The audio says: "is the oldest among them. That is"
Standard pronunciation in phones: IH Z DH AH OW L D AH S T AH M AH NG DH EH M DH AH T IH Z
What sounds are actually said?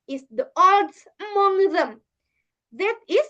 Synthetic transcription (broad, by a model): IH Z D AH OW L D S AH M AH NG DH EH M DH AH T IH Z